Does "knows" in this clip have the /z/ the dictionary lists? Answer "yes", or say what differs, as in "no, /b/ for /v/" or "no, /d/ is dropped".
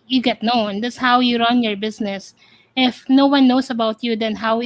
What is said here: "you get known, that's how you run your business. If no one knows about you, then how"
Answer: no, /s/ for /z/